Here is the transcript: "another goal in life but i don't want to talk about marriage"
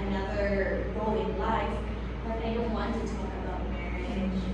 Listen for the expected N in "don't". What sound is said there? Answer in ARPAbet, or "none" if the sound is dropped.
N